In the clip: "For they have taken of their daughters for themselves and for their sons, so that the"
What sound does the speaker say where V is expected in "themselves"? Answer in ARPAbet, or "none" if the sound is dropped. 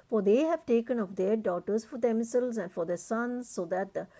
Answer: none